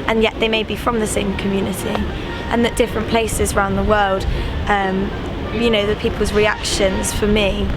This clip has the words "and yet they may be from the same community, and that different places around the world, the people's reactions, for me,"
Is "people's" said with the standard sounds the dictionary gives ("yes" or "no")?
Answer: yes